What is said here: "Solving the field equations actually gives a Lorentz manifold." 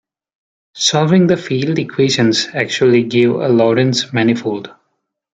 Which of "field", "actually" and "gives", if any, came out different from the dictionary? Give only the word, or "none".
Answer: gives